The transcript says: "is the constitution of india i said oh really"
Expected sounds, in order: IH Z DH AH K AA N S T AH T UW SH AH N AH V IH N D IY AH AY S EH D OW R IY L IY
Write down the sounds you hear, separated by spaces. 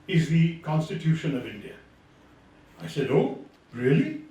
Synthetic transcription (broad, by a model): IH Z DH AH K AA N S T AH T UW SH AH N AH V IH N D IY AH AY S EH D OW R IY L IY